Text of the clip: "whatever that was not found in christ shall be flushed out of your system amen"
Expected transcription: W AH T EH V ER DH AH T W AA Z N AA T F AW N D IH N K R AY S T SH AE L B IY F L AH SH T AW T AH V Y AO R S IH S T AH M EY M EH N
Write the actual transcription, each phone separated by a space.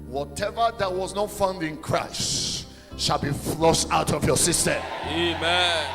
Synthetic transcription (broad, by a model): W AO T EH V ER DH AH T W AA Z N AA T F AW N D IH N K R AY S T SH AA L B IY F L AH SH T AW T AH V Y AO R S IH S T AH EY M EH N